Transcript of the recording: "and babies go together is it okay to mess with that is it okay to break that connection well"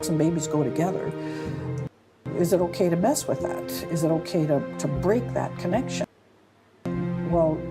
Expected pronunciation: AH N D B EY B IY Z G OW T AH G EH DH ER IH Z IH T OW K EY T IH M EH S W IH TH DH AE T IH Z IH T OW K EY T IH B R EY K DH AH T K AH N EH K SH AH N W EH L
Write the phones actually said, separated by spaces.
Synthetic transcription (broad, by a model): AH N B EY B IY Z G OW T AH G EH DH ER IH Z IH T OW K EY T IH M EH S W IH DH AE T IH Z IH T OW K EY T IH B R EY K DH AH T K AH N EH K SH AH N W EH L